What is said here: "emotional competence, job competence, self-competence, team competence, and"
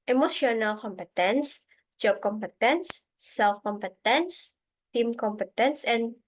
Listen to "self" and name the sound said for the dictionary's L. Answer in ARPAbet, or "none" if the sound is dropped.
L